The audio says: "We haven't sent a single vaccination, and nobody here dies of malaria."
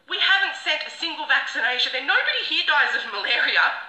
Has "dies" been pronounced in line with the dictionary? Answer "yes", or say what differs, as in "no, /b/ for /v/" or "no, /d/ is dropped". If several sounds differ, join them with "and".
yes